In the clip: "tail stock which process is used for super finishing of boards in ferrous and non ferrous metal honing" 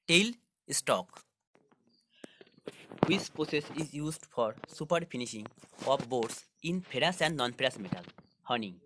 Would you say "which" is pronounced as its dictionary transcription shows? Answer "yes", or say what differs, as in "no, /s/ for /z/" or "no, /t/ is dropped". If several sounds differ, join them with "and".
no, /s/ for /tʃ/